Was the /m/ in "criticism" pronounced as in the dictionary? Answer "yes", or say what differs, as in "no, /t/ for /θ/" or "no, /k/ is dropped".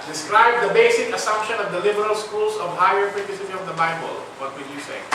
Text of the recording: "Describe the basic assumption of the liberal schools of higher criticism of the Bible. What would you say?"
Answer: no, /m/ is dropped